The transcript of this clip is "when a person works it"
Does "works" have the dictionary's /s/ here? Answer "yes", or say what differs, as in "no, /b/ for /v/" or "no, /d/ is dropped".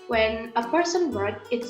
no, /s/ is dropped